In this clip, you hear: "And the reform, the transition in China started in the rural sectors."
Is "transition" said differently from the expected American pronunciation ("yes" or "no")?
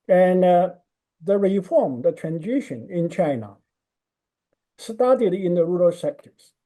no